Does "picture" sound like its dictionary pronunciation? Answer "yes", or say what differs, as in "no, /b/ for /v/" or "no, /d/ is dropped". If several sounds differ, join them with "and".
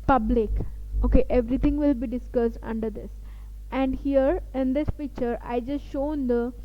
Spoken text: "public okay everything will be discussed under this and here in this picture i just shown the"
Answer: no, /f/ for /p/ and /k/ is dropped